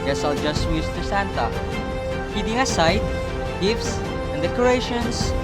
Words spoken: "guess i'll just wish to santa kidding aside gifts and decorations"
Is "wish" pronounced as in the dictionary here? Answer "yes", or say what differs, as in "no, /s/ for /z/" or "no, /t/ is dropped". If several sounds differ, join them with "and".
no, /s/ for /ʃ/